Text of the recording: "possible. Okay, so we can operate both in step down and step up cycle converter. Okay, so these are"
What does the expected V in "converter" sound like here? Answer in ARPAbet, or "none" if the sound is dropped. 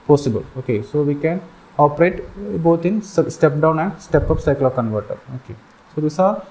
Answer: V